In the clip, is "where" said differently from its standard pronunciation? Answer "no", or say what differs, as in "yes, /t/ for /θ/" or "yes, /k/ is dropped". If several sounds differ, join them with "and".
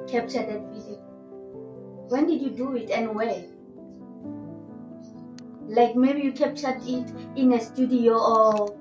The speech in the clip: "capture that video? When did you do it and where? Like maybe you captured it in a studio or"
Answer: yes, /l/ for /ɹ/